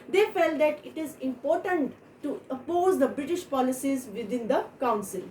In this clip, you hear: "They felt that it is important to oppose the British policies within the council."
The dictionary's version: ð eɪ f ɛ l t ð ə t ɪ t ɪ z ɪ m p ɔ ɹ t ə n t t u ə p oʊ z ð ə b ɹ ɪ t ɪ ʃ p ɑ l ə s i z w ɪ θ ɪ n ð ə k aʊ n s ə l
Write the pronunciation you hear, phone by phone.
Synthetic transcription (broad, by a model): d eɪ f ɛ l t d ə t ɪ t ɪ z ɪ m p ɔ ɹ t ə n t t u ə p oʊ z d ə b ɹ ɪ t ɪ ʃ p ɑ l ə s i z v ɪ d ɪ n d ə k aʊ n s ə l